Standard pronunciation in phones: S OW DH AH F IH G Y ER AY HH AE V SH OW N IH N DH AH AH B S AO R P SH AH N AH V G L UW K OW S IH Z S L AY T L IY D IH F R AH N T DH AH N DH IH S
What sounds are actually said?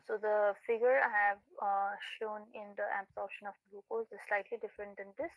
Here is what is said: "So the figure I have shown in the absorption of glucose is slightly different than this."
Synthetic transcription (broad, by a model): S OW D AH F IH G Y ER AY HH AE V SH OW N IH N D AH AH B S AO R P SH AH N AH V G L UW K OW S IH Z S L AY T L IY D IH F R AH N T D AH N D IH S